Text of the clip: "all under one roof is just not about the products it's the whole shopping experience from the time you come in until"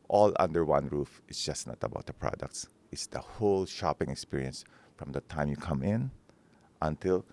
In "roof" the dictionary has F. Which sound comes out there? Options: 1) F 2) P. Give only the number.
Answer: 1